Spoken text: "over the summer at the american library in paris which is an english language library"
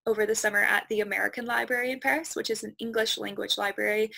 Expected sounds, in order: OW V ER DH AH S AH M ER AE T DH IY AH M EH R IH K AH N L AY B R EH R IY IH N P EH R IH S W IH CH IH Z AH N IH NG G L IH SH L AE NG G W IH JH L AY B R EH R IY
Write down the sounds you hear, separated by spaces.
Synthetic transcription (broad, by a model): OW V ER DH AH S AH M ER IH T DH IY AH M EH R IH K AH N L AY B R EH R IY IH N P EH R IH S W IH CH IH Z N IH NG G L IH SH L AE NG G W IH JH L AY B R EH R IY